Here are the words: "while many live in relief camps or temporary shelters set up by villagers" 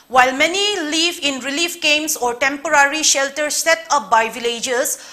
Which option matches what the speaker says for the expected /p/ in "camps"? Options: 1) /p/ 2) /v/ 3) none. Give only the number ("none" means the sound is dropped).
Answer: 3